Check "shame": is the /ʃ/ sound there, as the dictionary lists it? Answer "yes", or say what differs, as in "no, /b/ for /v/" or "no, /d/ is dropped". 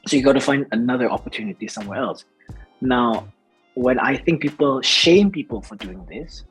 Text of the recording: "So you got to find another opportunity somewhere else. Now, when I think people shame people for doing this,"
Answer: yes